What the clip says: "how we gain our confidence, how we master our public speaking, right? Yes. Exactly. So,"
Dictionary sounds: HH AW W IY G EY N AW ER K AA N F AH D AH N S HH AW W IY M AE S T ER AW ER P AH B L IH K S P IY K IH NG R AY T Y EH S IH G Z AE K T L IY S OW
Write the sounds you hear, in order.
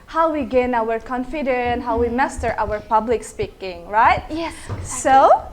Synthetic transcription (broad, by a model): HH AW W IY G EY N AW ER K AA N F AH D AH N HH AW W IY M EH S T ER AW ER P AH B L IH K S P IY K IH NG R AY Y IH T IY S OW